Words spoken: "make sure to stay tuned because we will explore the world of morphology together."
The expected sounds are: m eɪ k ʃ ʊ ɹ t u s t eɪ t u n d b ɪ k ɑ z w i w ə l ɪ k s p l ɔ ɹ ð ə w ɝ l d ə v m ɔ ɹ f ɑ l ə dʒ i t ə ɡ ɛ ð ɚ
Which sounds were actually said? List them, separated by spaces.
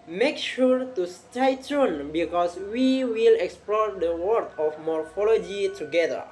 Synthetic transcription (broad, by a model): m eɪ k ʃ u ɹ t u s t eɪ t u n b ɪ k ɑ s w i w ə l ɪ k s p l ɔ ɹ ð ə w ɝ d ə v m ɔ ɹ f ɑ l ə dʒ i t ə ɡ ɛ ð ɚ